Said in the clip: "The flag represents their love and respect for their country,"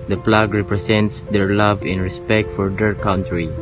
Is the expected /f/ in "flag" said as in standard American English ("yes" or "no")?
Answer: no